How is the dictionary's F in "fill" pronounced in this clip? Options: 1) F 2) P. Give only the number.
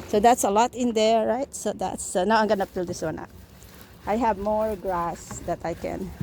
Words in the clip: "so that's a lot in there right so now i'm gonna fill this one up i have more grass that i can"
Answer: 2